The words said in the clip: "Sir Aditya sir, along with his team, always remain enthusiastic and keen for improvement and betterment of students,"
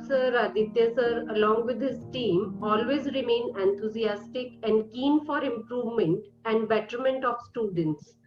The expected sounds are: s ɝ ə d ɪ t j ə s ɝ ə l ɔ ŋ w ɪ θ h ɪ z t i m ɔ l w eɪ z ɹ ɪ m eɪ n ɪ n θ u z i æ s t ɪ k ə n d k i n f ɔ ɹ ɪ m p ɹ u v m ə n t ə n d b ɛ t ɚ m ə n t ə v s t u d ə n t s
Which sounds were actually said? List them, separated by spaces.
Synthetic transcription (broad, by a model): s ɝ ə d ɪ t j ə s ɝ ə l ɔ ŋ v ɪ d h ɪ z t i m ɔ l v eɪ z ɹ ɪ m eɪ n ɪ n t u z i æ s t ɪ k ə n d k i n f ɔ ɹ ɪ m p ɹ u v m ə n t ə n d b ɛ t ɚ m ə n t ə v s t u d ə n t s